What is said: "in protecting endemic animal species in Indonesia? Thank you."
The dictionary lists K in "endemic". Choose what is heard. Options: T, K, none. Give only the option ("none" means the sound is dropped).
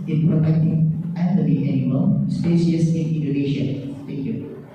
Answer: none